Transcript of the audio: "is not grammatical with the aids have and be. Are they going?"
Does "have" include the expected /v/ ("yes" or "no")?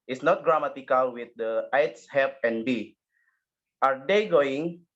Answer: no